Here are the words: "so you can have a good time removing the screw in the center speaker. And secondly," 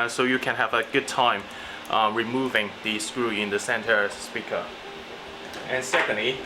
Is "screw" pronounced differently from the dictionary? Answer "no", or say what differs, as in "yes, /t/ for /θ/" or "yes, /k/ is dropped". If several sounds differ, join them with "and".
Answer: no